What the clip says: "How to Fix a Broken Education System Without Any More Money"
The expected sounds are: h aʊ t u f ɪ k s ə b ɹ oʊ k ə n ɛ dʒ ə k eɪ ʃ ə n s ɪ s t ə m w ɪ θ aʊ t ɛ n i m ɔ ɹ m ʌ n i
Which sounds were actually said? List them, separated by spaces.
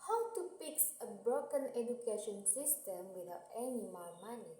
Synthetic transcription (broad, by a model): h aʊ t u p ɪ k s ə b ɹ oʊ k ə n ɛ dʒ ə k eɪ ʃ ə n s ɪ s t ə m w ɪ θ aʊ t ɛ n i m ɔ l m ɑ n i